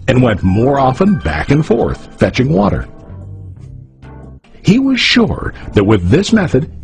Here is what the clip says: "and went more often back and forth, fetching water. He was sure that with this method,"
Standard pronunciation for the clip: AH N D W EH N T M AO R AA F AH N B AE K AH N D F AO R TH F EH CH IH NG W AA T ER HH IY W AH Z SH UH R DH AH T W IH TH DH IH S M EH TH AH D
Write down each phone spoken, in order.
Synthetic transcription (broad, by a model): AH N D W EH N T M AO R AA F AH N B AE K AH N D F AO R TH F EH CH IH NG W AA T ER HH IY W AH Z SH UH R DH AH T W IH DH IH S M EH TH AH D